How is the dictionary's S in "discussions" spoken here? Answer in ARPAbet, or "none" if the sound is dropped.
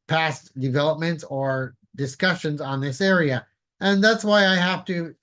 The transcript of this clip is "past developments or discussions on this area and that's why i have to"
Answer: S